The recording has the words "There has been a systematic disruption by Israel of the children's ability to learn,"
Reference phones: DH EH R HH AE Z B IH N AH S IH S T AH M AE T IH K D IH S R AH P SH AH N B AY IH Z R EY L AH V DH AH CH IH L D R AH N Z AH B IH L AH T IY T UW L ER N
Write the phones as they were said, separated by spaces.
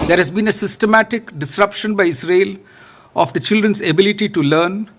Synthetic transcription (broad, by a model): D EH R HH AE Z B IH N AH S IH S T AH M AE T IH K D IH S R AH P SH AH N B AY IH S R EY L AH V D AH CH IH L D R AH N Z AH B IH L AH T IY T UW L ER N